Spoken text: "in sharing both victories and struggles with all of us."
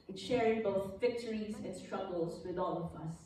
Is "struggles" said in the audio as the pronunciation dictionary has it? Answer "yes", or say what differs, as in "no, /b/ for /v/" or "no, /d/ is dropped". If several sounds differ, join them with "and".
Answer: yes